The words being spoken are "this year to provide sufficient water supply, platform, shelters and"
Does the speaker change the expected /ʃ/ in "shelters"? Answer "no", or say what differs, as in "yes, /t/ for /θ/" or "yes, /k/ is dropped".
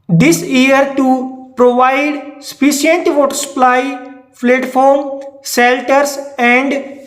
yes, /s/ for /ʃ/